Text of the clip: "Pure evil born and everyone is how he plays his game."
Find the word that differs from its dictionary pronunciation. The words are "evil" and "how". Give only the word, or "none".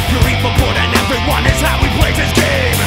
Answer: evil